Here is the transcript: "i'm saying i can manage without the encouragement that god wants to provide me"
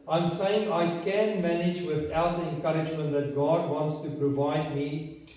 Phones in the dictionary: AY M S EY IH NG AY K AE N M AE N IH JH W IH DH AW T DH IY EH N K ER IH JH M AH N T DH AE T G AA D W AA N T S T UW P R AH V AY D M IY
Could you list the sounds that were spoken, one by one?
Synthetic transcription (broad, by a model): AY M S EY IH NG AY K AE N M AE N IH JH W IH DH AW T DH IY EH N K ER IH JH M AH N T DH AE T G AA D W AA N T S T UW P R AH V AY D M IY